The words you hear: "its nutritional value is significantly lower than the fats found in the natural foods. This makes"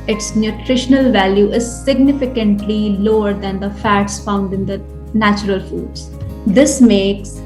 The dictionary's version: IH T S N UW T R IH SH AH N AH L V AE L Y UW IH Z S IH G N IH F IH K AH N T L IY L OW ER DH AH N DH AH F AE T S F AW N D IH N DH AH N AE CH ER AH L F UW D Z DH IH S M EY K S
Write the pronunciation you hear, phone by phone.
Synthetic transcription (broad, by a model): IH T S N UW T R IH SH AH N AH L V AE L Y UW IH Z S IH G N IH F IH K AH N T L IY L OW ER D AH N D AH F AE T S F AW N D IH N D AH N AE CH ER AH L F UW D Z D IH S M EY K S